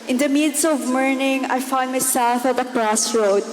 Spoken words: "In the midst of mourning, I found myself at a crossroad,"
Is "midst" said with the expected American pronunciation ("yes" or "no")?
no